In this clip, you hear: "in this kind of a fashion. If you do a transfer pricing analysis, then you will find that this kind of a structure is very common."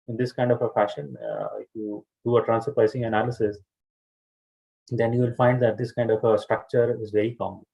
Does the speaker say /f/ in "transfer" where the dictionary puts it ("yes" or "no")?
no